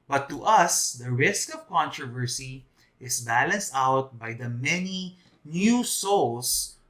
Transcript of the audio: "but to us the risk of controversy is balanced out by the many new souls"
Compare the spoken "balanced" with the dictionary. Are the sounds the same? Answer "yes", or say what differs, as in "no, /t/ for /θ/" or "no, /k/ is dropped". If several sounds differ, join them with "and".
yes